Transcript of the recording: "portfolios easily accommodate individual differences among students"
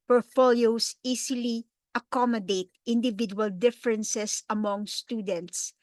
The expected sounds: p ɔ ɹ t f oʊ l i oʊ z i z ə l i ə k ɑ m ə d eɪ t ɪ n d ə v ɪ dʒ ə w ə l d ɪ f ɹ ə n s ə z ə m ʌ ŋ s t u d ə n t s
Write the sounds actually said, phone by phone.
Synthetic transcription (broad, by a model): p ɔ ɹ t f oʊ l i oʊ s i s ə l i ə k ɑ m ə d eɪ t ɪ n d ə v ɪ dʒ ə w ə l d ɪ f ɹ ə n s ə s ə m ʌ ŋ s t u d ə n t s